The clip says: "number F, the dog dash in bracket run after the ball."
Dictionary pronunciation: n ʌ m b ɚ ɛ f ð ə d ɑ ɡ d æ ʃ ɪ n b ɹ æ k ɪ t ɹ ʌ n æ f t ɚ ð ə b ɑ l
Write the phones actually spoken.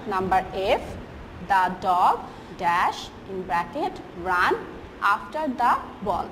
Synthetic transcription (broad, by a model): n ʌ m b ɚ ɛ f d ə d ɑ ɡ d æ ʃ ɪ n b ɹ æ k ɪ t ɹ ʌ n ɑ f t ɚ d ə b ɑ l